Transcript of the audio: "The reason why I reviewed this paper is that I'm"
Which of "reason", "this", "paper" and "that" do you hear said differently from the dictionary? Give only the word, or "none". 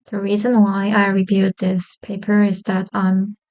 none